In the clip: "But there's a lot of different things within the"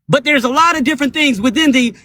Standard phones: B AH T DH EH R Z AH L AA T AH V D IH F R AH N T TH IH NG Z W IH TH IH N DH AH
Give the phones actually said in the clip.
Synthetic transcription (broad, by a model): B AH T DH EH R Z AH L AA T AH V D IH F R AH N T TH IH NG Z W IH TH IH N DH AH